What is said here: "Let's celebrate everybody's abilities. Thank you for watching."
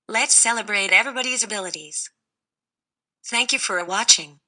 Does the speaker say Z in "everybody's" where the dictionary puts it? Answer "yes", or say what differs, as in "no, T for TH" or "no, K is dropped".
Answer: yes